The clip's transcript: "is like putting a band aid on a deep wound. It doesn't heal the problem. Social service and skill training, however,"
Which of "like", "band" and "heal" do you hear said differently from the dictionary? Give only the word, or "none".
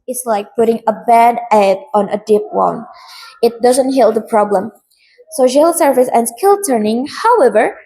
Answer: band